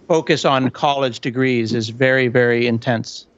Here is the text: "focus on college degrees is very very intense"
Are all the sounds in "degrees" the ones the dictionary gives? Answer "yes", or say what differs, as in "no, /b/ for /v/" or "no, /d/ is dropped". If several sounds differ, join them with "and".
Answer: yes